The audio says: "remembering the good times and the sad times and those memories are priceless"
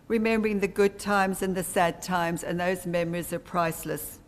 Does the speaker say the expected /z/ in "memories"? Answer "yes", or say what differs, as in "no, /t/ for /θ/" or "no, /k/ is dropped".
yes